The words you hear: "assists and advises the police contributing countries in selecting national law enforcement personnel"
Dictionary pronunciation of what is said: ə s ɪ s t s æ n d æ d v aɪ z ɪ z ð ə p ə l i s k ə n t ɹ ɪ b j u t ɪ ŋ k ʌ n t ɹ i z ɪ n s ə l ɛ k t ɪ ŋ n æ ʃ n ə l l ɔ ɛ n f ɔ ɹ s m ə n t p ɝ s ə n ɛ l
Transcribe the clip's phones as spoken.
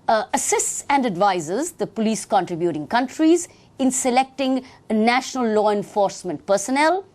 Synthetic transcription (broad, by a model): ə s ɪ s t s æ n d æ d v aɪ z ɪ z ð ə p ə l i s k ə n t ɹ ɪ b j u t ɪ ŋ k ʌ n t ɹ i z ɪ n s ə l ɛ k t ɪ ŋ n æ ʃ n ə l l ɔ ɛ n f ɔ ɹ s m ə n t p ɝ s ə n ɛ l